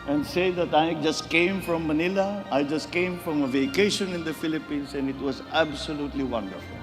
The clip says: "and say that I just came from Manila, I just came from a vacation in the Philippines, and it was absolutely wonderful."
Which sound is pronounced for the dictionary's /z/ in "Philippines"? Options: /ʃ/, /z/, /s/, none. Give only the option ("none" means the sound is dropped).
/s/